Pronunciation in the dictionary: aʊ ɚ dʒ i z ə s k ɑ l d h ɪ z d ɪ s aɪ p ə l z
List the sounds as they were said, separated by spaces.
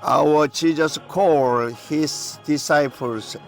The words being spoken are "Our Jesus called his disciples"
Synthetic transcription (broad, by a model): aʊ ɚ tʃ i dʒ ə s k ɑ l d h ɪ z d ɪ s aɪ p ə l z